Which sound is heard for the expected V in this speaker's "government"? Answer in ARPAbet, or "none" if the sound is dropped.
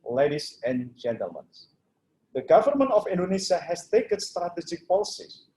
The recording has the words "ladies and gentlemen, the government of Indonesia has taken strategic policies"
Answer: V